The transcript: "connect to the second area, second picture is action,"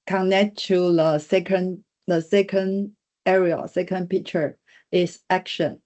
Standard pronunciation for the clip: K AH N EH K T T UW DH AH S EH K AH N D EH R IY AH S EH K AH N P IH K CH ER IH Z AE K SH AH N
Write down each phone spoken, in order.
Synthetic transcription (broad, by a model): K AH N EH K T T UW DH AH S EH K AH N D EH R IY AH S EH K AH N P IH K CH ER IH S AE K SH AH N